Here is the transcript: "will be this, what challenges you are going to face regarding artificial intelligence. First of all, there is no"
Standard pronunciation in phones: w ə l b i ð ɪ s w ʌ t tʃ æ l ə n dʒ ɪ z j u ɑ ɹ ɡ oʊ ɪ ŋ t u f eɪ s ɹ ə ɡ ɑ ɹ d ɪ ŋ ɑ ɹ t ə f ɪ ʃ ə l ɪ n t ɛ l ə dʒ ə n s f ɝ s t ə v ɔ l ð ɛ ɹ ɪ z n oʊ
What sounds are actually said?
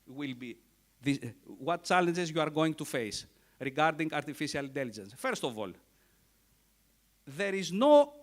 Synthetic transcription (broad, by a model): w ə l b i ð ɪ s w ʌ t tʃ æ l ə n dʒ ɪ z j u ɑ ɹ ɡ oʊ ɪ ŋ t u f eɪ s ɹ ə ɡ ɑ ɹ d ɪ ŋ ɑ ɹ t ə f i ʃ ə l ɪ n t ɛ l ə dʒ ə n s f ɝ s t ə v ɔ l ð ɛ ɹ ɪ z n oʊ